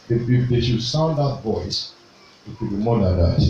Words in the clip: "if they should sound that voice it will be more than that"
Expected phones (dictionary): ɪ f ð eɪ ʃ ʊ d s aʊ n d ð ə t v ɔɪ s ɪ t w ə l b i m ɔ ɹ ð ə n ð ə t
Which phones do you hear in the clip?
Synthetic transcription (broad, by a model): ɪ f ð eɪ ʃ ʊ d s aʊ n d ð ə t v ɔɪ s ɪ t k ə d b i m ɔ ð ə n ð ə t